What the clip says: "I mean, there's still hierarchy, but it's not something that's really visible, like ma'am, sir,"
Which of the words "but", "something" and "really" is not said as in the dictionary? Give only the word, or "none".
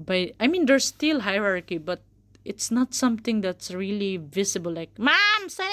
something